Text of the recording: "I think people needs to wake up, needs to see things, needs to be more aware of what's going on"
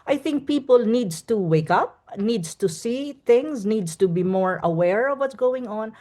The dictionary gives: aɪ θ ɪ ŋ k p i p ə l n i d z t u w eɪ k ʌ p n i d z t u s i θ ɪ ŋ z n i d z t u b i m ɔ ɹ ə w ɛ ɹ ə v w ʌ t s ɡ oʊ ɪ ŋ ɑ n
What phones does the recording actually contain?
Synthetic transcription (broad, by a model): aɪ θ ɪ ŋ k p i p ə l n i d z t u w eɪ k ʌ p n i d s t u s i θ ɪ ŋ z n i d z t u b i m ɔ ɹ ə w ɛ ɹ ə v w ʌ t s ɡ oʊ ɪ ŋ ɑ n